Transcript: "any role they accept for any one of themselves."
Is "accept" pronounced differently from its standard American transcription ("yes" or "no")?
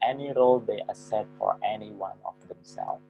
yes